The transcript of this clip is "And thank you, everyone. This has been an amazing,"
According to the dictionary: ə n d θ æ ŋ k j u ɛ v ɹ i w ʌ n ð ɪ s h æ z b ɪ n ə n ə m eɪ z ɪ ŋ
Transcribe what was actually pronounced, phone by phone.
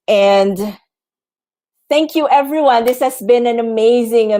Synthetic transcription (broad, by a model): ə n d θ æ ŋ k j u ɛ v ɹ i w ʌ n ð ɪ s h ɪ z b ɪ n ə n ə m eɪ z ɪ ŋ